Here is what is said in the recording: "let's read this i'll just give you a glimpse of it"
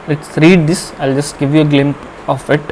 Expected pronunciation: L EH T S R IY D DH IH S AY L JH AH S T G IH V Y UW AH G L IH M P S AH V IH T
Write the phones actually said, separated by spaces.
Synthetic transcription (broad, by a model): L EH T S R IY D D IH S AY L JH AH S T G IH V Y UW AH G L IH M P AH F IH T